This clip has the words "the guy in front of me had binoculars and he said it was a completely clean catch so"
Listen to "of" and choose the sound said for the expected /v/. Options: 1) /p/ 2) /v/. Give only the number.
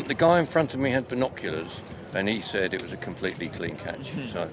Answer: 2